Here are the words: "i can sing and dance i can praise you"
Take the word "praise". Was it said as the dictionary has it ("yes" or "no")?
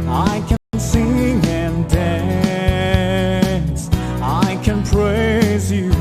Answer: yes